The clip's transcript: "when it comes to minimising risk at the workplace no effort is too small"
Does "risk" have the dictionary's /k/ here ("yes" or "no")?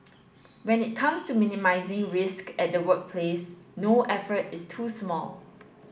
yes